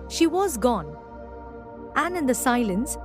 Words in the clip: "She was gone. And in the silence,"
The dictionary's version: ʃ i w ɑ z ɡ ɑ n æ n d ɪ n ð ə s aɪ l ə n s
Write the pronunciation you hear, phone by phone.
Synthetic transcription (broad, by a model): ʃ i w ɑ z ɡ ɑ n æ n ɪ n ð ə s aɪ l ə n s